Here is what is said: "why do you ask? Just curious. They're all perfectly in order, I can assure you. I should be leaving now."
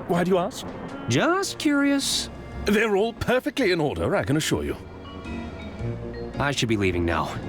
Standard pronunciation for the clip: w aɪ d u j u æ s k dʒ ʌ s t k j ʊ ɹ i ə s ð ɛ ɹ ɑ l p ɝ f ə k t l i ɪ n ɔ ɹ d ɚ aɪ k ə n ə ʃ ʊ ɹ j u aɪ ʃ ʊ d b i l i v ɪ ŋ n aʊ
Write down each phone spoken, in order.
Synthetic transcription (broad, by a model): w aɪ d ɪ j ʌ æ s k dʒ ʌ s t k j ʊ ɹ i ə s ð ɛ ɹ ɑ l p ɝ f ə k t l i ɪ n ɔ ɹ d ɚ aɪ k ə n ə ʃ ʊ ɹ j u aɪ ʃ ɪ d b i l i v ɪ ŋ n aʊ